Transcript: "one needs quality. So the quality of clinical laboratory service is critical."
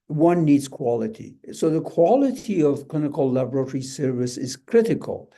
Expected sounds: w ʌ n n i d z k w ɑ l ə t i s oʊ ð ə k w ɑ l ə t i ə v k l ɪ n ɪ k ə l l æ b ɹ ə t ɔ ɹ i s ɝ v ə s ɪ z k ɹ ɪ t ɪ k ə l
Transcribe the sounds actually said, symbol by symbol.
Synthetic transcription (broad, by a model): w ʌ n n i d z k w ɑ l ə t i s oʊ ð ə k w ɑ l ə t i ə v k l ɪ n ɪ k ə l l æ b ɹ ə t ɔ ɹ i s ɝ v ə s ɪ z k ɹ ɪ t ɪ k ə l